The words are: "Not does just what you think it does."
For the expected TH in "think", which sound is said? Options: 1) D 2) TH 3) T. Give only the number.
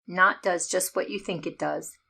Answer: 2